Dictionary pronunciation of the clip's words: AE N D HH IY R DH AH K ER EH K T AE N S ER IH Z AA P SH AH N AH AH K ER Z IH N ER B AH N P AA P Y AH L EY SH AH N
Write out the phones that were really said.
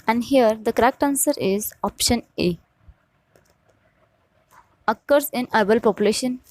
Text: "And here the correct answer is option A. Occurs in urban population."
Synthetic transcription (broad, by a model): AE N D HH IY R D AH K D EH K T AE N S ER IH Z AA P SH AH N AH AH K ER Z IH N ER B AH L P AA P Y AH L EY SH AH N